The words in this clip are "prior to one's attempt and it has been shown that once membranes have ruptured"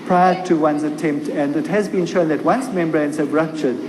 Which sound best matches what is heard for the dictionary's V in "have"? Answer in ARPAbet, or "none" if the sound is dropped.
B